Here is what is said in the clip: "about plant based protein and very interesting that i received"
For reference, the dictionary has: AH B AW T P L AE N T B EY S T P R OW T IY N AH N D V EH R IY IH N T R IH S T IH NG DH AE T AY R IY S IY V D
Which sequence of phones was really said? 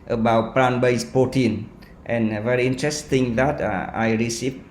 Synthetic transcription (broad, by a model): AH B AW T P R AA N B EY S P OW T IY N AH N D V EH R IY IH N T R IH S T IH NG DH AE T AY R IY S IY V